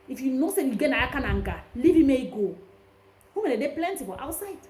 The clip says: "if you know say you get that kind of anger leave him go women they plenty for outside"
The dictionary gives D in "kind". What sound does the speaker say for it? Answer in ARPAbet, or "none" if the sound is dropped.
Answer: none